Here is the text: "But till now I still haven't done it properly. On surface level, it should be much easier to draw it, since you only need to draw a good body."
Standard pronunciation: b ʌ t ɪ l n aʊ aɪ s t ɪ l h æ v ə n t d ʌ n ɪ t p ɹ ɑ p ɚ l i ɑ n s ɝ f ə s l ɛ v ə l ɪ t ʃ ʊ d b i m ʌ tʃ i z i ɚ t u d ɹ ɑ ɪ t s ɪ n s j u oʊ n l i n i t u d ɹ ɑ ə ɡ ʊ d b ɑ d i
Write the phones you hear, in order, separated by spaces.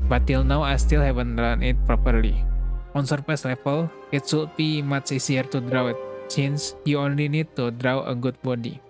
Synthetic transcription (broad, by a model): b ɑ t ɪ l n aʊ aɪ s t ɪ l h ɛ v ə n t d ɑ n ɪ t p ɹ ɑ p ɚ l i ɑ n s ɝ p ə s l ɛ f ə l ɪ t s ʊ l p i m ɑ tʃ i s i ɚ t u d ɹ ɑ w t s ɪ n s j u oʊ n l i n i t u d ɹ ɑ ə ɡ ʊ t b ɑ d i